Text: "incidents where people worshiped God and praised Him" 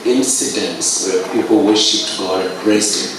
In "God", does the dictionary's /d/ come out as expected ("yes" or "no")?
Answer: no